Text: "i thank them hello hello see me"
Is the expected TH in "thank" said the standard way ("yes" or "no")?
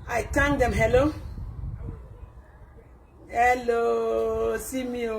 no